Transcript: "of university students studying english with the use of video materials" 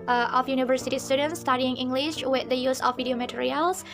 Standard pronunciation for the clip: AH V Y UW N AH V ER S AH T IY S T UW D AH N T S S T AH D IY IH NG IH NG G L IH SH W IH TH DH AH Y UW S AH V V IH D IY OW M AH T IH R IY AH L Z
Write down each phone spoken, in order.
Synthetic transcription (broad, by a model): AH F Y UW N AH V ER S AH T IY S T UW D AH N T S S T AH D IY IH NG IH NG G L IH SH W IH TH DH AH Y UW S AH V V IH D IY OW M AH T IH R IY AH L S